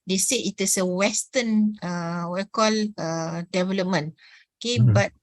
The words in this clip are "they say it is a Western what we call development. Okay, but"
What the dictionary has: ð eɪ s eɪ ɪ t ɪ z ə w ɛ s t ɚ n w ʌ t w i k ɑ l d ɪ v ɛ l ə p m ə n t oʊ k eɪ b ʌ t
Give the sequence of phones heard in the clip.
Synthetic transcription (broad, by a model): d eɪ s eɪ ɪ t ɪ s ə w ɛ s t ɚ n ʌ w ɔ k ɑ l d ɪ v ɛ l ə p m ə n oʊ k eɪ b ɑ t